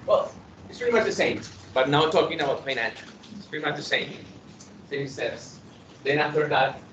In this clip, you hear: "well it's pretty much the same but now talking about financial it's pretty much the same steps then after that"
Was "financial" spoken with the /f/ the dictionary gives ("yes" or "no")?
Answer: no